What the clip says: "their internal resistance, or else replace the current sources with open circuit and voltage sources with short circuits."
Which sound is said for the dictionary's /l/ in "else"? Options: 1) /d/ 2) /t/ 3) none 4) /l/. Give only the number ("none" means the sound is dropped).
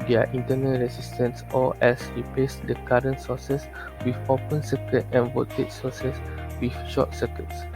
3